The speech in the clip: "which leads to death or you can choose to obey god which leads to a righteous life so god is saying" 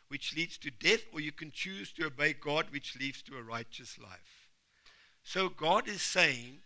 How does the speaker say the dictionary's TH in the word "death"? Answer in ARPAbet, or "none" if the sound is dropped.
TH